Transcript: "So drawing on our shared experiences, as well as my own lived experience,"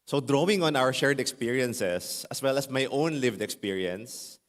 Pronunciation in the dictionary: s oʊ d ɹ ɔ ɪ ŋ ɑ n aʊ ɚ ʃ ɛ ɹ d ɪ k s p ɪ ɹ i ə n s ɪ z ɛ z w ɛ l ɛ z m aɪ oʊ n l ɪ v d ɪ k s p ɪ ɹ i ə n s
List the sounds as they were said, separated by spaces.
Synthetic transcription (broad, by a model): s oʊ d ɹ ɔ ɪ ŋ ɑ n aʊ ɚ ʃ ɛ ɹ d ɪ k s p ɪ ɹ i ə n s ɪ s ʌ s w ɛ l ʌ s m aɪ oʊ n l ɪ v d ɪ k s p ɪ ɹ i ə n s